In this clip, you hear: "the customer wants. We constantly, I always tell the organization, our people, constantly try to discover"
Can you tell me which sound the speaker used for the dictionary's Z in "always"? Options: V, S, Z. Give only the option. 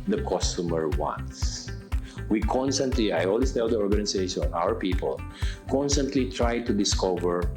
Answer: S